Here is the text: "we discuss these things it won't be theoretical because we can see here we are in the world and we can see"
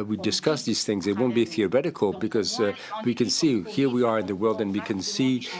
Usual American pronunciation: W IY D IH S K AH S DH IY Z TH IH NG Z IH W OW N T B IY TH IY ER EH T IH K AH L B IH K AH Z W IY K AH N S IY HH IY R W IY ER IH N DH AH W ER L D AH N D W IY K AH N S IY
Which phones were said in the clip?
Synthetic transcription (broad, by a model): W IY D IH S K AH S DH IY Z TH IH NG Z IH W OW N B IY TH IY ER EH T IH K AH L B IH K AH Z W IY K AH N S IY HH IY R W IY ER IH N DH AH W ER L D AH N W IY K AH N S IY